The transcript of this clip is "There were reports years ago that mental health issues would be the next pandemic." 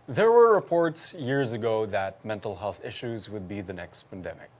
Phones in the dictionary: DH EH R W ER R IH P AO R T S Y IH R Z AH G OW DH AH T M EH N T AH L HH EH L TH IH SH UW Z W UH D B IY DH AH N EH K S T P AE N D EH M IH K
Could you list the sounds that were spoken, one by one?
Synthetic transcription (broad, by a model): DH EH R W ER R IH P AO R T S Y IH R Z AH G OW DH AH T M EH N T L HH EH L TH IH SH UW Z W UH D B IY DH AH N EH K S T P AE N D EH M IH K